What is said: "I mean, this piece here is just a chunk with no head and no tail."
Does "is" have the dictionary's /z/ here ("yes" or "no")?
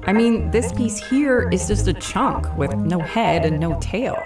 yes